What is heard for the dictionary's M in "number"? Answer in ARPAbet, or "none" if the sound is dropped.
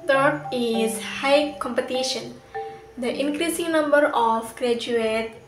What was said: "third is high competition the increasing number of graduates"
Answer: M